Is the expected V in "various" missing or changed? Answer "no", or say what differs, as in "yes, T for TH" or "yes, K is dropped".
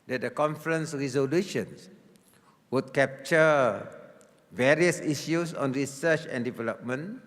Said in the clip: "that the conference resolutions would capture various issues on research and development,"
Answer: no